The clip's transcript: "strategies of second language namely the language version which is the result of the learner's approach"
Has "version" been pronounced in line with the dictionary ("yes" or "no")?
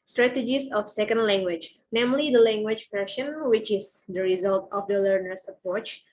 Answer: no